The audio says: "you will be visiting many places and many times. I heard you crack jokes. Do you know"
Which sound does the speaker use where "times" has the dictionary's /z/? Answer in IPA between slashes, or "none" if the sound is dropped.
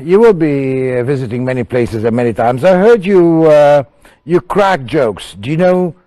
/z/